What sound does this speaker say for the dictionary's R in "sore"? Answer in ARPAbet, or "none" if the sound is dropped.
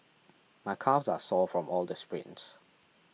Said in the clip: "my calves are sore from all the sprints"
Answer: L